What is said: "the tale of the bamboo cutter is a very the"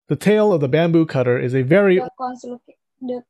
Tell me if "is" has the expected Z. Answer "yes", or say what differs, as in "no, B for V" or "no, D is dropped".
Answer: yes